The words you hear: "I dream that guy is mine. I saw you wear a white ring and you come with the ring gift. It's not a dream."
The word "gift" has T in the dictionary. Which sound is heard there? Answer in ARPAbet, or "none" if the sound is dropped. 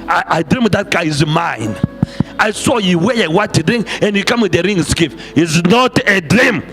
none